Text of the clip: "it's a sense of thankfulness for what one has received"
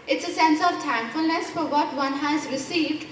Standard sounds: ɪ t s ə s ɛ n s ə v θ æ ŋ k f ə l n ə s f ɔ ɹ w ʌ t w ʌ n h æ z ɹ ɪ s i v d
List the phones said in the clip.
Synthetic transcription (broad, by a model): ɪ t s ə s ɛ n s ə v t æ ŋ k f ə l n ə s f ɔ ɹ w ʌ t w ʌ n h æ z ɹ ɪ s i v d